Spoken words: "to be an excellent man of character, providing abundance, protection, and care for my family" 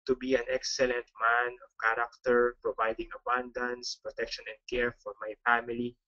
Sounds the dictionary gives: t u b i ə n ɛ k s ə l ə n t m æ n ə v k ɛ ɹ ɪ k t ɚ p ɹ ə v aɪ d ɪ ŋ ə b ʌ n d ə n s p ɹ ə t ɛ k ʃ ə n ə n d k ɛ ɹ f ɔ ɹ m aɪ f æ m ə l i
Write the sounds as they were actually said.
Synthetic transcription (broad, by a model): t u b i ə n ɛ k s ə l ə n t m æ n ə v k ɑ ɹ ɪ k t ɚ p ɹ ə v aɪ d ɪ ŋ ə b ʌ n d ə n s p ɹ ə t ɛ k ʃ ə n ə n d k ɛ ɹ f ɔ ɹ m aɪ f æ m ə l i